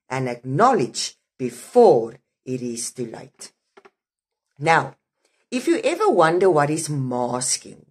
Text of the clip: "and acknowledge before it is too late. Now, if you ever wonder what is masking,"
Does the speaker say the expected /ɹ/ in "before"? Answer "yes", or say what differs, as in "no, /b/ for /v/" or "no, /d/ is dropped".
yes